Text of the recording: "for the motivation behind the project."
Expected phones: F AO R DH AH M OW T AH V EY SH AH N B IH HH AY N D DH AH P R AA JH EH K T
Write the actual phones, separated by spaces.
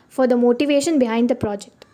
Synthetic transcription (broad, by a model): F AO R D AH M OW T AH V EY SH AH N B IH HH AY N D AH P R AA JH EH K T